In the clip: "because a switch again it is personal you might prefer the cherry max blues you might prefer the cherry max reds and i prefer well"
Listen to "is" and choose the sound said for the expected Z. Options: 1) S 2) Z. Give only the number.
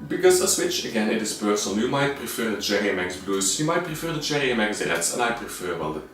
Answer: 1